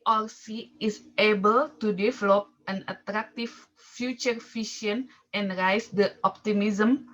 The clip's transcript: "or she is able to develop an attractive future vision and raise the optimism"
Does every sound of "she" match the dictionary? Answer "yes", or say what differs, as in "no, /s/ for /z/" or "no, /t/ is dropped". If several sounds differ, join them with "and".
no, /s/ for /ʃ/